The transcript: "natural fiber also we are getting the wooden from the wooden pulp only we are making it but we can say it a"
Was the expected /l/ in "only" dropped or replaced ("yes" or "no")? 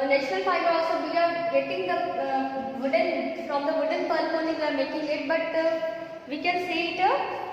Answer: yes